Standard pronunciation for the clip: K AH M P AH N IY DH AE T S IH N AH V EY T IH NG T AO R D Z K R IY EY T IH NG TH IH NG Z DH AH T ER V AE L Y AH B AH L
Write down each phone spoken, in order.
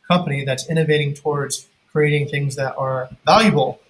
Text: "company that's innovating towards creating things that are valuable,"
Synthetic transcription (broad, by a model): K AH M P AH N IY DH AE T S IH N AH V EY T IH NG T AO R D Z K R IY EY T IH NG TH IH NG Z DH AH T ER V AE L Y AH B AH L